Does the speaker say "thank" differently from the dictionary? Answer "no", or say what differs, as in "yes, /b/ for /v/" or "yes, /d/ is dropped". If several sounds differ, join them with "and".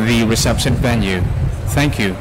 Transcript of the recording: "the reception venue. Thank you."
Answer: no